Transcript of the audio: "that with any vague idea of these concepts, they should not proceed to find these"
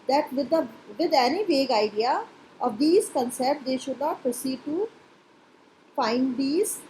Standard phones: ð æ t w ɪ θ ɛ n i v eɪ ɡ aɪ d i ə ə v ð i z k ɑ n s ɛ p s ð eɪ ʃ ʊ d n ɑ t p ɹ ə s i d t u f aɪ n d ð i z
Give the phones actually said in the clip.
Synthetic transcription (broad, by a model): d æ t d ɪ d ɛ n i v eɪ ɡ aɪ d i ə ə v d i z k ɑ n s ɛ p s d eɪ ʃ ʊ d n ɑ t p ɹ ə s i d t u f aɪ n d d i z